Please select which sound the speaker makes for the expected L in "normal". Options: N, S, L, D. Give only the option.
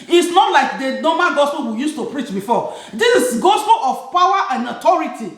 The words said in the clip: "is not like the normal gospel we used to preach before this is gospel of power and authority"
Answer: N